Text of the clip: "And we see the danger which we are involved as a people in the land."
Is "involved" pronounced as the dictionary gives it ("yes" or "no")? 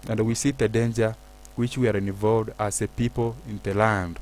no